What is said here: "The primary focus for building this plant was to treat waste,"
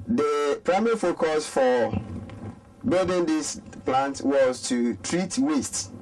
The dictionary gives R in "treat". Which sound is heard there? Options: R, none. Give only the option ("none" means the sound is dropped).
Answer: R